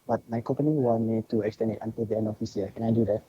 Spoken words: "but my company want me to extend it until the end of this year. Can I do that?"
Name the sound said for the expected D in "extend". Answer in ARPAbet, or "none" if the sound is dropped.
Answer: none